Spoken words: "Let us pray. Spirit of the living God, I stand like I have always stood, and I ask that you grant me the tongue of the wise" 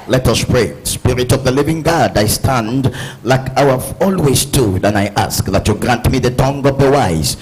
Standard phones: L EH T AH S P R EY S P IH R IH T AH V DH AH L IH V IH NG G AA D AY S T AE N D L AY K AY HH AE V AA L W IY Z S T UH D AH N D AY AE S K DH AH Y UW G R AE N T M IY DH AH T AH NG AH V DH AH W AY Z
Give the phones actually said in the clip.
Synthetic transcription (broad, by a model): L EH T AH S P R EY S P IH R IH T AH V DH AH L IH V IH NG G AA D AY S T AE N D L AY K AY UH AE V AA L W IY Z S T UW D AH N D AY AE S K DH AH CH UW G R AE N T M IY DH AH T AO NG AH V DH AH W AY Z